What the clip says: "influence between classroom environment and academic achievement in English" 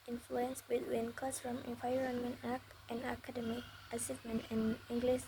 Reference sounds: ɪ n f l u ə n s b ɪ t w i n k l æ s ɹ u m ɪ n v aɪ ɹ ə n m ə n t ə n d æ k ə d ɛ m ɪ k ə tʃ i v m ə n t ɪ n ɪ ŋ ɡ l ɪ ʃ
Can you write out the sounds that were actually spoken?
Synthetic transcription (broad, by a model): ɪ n f l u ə n s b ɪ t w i n k ɔ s ɹ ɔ m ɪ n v aɪ ɹ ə n m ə n t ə n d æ k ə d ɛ m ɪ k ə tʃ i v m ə n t ɪ n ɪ ŋ ɡ l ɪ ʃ